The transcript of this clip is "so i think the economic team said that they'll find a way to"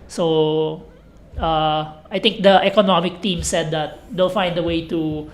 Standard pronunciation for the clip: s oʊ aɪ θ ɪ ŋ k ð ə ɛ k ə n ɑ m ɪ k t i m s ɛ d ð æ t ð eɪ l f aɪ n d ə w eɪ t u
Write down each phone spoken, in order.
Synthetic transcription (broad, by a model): s oʊ aɪ t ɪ ŋ k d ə ɛ k ə n ɑ m ɪ k t i m s ɛ d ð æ t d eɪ l f aɪ n d ə w eɪ t u